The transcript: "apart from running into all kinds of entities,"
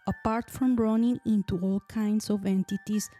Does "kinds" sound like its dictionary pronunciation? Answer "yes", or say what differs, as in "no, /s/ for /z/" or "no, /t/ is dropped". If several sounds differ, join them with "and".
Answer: no, /s/ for /z/